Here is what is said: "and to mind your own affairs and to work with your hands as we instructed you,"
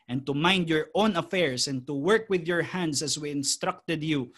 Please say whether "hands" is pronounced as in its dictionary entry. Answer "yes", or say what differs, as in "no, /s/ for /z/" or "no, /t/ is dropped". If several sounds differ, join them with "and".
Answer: no, /s/ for /z/